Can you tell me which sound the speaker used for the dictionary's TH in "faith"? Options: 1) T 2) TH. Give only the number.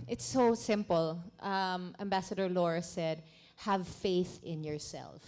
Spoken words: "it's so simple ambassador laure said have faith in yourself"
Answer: 2